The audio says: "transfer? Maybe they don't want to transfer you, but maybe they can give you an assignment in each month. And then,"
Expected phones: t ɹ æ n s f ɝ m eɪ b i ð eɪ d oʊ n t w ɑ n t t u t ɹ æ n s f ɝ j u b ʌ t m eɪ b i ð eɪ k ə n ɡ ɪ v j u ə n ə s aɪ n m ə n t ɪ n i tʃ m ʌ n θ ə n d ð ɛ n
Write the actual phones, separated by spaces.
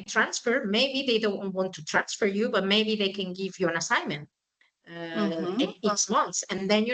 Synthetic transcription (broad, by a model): t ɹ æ n s f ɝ m eɪ b i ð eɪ d oʊ n t w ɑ n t t u t ɹ æ n s f ɝ j u b ʌ t m eɪ b i ð eɪ k ə n ɡ ɪ v j u ə n ə s aɪ n m ə n t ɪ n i s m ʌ n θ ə n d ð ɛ n